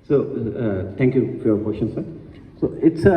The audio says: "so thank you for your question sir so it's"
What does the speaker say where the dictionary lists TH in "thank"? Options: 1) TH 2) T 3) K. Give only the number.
2